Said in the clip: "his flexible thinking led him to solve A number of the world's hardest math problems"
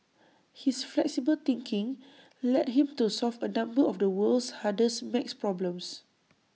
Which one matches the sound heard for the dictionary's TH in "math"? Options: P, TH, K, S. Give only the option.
S